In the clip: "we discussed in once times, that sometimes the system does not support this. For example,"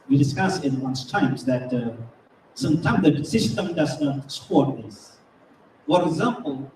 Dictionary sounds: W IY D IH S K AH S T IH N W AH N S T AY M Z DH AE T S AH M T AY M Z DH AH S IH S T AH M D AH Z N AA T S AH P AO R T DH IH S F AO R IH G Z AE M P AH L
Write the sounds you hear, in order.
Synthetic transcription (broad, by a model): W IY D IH S K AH S IH N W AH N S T AY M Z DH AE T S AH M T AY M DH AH S IH S T AH M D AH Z N AA T S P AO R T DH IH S F AO R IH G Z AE M P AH L